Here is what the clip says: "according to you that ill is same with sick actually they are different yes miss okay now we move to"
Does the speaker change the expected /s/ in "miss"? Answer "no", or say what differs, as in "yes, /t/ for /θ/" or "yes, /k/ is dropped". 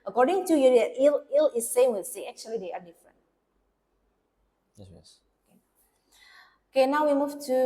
yes, /s/ is dropped